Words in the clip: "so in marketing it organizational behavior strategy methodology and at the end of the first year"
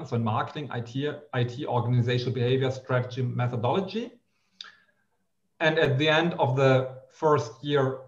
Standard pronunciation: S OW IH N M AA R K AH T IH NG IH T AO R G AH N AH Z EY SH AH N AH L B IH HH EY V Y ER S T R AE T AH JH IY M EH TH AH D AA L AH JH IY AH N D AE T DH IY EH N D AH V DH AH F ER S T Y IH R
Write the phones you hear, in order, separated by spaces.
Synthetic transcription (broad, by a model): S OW IH N M AA R K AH T IH NG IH T AO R G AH N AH Z EY SH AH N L B IH HH EY V Y ER S T R AE T AH JH IY M EH TH AH D AA L AH JH IY AH N D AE T DH IY EH N D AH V DH AH F ER S T Y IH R